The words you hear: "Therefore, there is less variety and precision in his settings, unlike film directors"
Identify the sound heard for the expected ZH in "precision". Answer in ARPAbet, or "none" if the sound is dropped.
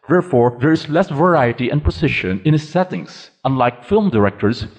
SH